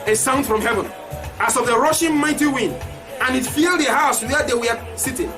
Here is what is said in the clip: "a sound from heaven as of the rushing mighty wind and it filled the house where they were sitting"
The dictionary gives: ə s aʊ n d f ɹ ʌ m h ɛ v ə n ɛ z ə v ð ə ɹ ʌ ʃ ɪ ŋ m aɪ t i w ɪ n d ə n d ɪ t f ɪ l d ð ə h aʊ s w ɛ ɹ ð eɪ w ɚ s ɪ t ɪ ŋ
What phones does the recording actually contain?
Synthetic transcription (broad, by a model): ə s aʊ n d f ɹ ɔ m h ɛ v ə n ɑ s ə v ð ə ɹ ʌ ʃ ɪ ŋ m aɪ t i w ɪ n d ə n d ɪ t f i l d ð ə h aʊ s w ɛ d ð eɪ w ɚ s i t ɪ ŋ